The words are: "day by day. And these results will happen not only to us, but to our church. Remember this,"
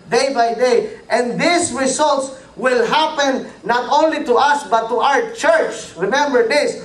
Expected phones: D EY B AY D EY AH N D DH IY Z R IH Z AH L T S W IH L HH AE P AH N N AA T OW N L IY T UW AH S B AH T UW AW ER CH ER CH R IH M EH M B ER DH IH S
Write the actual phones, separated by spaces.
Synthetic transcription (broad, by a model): D EY B AY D EY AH N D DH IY S R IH S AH L T S W IH L HH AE P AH N N AA T OW N L IY T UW AH S B AH T UW AW ER CH ER CH R IH M EH M B ER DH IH S